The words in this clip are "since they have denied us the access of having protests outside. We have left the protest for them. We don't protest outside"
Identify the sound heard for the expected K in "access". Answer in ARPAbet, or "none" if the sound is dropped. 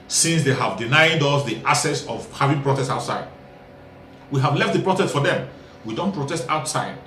none